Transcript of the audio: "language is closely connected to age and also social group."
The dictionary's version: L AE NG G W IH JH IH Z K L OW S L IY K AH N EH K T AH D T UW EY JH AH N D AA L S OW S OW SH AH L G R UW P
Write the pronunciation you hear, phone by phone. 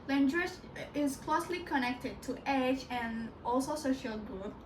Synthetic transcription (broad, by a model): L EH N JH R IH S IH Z K L OW S L IY K AH N EH K T AH D T UW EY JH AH N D AA L S OW S OW SH AH L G R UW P